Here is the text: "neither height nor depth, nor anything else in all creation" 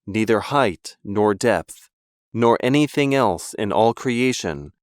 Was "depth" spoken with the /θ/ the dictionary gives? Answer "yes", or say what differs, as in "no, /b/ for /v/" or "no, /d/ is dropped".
yes